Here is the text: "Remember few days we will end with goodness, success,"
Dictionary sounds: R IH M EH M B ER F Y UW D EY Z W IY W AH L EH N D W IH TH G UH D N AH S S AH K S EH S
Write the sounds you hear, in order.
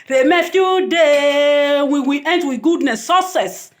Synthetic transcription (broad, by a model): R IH M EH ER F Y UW D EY W IY W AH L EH N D W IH G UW D N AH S S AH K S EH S